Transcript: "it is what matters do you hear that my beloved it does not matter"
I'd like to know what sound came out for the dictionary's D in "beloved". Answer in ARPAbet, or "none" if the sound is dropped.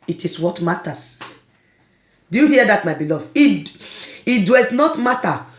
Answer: none